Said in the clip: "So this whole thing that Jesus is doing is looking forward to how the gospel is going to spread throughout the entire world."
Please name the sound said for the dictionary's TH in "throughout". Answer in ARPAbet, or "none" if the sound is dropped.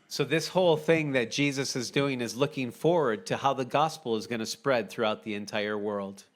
TH